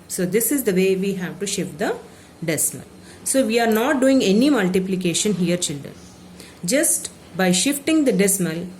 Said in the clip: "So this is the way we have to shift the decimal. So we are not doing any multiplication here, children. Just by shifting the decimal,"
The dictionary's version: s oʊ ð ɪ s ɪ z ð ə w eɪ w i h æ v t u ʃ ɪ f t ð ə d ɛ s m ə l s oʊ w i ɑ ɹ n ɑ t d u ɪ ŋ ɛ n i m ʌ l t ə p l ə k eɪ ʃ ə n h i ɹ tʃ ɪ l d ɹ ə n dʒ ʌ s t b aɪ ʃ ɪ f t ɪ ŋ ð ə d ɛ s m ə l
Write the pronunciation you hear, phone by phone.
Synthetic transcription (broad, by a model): s oʊ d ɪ s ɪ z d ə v eɪ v i h æ v t u ʃ ɪ f t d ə d ɛ s m ə l s oʊ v i ɑ ɹ n ɑ t d u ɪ ŋ ɛ n i m ʌ l t ə p l ə k eɪ ʃ ə n h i ɹ tʃ ɪ l d ɹ ə n dʒ ʌ s t b aɪ ʃ ɪ f t ɪ ŋ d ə d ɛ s m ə l